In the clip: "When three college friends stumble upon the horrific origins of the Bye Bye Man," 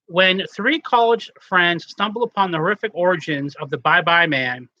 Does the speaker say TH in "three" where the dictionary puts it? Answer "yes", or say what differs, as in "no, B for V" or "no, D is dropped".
yes